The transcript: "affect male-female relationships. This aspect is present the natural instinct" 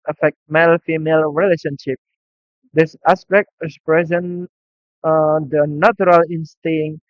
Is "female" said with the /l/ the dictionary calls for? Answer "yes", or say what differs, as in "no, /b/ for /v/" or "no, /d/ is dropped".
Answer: yes